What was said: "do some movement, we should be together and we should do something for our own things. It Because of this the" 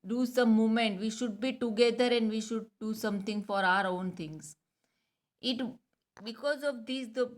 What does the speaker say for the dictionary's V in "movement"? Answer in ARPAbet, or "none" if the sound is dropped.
none